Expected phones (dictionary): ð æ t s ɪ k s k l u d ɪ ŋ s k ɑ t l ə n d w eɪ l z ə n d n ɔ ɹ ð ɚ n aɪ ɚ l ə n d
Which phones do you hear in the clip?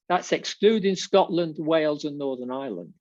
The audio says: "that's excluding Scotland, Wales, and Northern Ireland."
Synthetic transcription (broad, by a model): ð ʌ t s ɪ k s k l u d ɪ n s k ɑ t l ə n d w eɪ l z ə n n ɔ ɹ ð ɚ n aɪ l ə n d